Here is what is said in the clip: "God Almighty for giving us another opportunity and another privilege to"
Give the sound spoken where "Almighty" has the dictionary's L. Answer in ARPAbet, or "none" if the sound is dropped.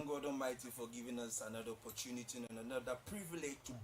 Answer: none